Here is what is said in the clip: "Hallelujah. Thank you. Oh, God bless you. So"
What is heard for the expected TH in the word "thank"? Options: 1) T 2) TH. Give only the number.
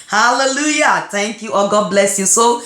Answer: 1